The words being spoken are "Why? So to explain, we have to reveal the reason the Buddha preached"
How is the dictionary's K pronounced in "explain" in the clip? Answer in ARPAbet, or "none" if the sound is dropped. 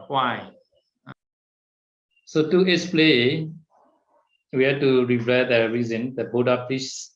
none